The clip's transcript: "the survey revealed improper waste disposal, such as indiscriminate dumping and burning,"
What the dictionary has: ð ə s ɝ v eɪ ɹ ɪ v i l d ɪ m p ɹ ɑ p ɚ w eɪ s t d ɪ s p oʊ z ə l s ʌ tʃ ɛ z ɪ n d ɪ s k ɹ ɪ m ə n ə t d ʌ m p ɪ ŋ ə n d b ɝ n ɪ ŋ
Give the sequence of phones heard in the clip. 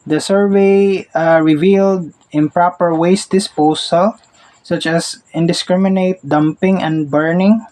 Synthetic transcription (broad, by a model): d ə s ɝ v eɪ ɹ ɪ v i l d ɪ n p ɹ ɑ p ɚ w eɪ s t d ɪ s p oʊ s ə l s ʌ tʃ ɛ s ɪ n d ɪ s k ɹ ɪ m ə n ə t d ʌ m p ɪ ŋ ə n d b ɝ n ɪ ŋ